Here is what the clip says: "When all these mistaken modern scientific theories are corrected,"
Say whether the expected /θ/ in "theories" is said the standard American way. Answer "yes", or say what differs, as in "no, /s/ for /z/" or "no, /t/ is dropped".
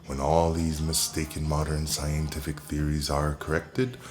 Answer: yes